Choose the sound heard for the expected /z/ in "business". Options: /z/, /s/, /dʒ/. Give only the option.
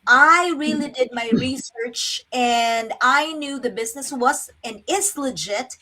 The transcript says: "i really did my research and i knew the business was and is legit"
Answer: /z/